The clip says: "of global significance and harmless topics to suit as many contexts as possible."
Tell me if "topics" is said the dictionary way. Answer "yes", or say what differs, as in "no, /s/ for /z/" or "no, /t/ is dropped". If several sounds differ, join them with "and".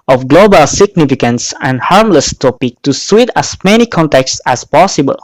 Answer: no, /s/ is dropped